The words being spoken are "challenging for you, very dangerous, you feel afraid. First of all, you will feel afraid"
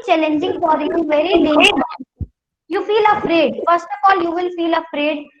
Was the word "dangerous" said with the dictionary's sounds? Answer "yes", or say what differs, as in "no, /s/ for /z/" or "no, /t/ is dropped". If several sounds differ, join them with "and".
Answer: no, /s/ is dropped